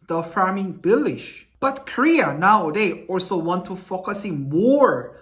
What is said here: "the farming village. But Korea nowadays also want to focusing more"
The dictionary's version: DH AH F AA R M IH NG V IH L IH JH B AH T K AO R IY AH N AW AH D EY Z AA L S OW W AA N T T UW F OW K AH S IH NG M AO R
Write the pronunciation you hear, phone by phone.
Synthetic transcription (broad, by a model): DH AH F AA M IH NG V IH L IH SH B AH T K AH R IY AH N AW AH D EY AA L S OW W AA N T T UW F OW K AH S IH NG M AO R